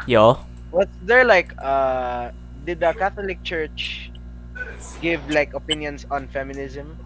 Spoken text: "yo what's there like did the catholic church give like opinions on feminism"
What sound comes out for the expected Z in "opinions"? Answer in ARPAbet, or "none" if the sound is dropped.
S